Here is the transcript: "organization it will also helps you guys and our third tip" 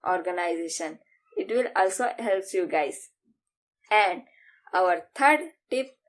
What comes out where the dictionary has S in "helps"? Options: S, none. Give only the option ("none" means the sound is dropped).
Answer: none